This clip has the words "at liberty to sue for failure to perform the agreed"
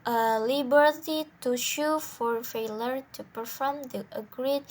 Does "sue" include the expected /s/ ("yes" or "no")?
no